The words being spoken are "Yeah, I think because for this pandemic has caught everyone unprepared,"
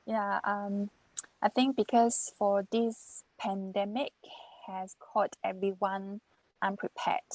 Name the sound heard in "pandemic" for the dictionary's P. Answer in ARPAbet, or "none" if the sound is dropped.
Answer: P